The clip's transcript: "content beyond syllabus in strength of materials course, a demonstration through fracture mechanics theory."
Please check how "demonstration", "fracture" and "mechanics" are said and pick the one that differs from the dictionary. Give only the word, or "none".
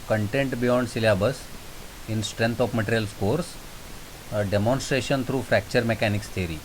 none